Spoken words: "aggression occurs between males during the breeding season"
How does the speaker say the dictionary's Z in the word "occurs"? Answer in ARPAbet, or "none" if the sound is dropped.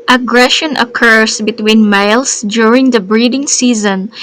S